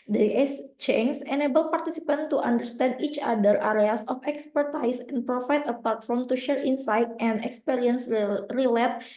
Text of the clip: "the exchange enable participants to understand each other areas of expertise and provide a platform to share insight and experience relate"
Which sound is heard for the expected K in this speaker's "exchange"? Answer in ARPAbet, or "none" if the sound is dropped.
none